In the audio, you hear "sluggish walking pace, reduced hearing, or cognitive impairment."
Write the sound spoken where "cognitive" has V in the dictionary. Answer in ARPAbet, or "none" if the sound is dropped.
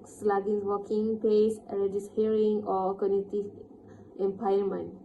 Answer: none